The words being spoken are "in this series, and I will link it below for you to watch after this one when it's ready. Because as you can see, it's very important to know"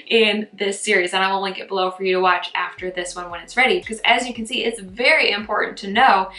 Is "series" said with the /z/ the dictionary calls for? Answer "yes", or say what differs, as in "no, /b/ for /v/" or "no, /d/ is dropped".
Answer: yes